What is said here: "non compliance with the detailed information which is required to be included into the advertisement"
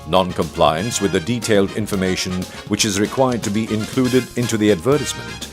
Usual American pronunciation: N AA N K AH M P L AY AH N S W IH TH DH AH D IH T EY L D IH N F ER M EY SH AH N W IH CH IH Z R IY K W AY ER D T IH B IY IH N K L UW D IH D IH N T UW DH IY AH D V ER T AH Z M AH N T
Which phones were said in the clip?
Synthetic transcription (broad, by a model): N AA N K AH M P L AY AH N S W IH DH AH D IH T EY L D IH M F ER M EY SH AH N W IH CH IH Z R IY K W AY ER D T IH B IY IH N K L UW D IH D IH N T UW DH IY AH D V ER T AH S M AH N T